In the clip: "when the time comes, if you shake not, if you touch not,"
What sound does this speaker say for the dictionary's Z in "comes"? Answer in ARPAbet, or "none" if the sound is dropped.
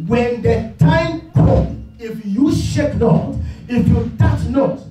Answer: none